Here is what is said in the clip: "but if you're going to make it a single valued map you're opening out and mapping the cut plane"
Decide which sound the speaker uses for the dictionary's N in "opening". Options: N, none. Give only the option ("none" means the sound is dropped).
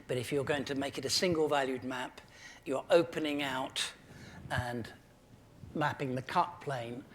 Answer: N